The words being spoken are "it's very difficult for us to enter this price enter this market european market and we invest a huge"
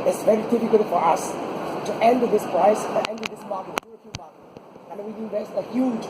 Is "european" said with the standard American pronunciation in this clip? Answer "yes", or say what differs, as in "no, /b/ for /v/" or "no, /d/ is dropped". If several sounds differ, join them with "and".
no, /ɹ/ is dropped and /f/ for /p/